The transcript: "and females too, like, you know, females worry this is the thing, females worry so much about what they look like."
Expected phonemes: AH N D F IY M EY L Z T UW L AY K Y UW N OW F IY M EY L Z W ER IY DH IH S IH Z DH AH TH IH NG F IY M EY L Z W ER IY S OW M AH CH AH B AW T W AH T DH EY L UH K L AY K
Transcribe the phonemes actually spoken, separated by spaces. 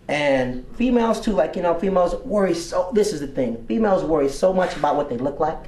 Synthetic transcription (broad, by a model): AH N F IY M EY L Z T UW L AY K Y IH N OW F IY M EY L Z W ER IY DH IH S IH Z DH AH TH IH NG F IY M EY L Z W ER IY S OW M AH CH AH B AW T W AH T DH EY L UH K L AY K